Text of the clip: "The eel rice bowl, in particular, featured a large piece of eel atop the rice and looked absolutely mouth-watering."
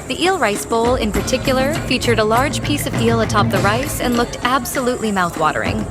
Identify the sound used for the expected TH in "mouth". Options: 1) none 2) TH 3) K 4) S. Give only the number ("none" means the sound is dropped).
2